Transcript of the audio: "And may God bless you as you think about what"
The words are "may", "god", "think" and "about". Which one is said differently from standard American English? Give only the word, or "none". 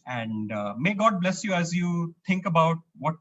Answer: think